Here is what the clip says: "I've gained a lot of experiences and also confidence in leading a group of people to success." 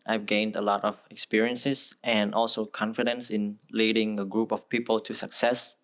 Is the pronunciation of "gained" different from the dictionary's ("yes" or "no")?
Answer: no